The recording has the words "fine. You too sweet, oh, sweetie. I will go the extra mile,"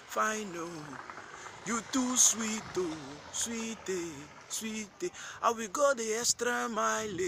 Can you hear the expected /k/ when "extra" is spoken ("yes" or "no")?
no